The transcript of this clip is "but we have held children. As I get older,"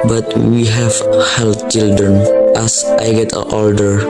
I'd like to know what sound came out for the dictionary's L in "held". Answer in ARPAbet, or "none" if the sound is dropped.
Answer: L